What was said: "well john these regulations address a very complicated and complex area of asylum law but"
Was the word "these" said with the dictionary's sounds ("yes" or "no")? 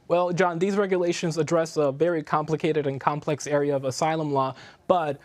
yes